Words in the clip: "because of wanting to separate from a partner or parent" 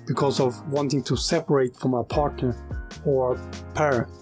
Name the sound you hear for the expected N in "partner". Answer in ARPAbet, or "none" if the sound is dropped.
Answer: N